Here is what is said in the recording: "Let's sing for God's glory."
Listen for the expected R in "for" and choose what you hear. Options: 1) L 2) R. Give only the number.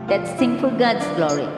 1